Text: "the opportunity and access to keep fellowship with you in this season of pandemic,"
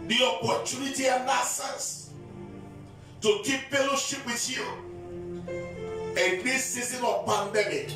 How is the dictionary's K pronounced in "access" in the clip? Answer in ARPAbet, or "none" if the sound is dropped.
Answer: none